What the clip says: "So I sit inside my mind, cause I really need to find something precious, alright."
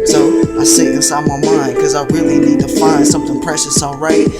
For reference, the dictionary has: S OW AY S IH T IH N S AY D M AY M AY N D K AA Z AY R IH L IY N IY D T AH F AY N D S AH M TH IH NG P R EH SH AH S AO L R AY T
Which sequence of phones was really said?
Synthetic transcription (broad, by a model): S OW AY S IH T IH S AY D M AY M AY N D K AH Z AY R IH L IY N IY D T AH F AY N D S AH M TH IH NG P R EH SH AH S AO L R AY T